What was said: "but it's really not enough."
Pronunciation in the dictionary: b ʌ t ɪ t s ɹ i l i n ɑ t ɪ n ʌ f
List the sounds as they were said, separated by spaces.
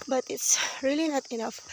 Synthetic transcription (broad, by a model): b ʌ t ɪ t s ɹ i l i n ɑ t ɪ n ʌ f